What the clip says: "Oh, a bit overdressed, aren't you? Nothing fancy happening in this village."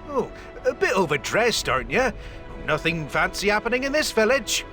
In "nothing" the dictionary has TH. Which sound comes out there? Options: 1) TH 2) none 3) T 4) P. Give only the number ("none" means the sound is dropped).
1